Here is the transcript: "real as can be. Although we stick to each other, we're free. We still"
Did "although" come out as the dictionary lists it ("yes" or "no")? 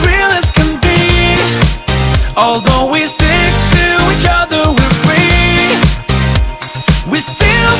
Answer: yes